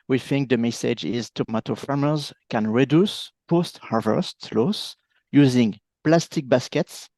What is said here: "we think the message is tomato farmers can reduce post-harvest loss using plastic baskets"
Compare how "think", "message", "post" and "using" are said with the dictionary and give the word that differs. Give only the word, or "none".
none